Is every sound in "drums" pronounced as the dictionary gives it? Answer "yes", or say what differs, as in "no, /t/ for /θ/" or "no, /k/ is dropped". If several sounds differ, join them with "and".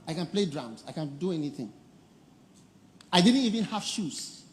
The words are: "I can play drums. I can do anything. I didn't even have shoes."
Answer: no, /s/ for /z/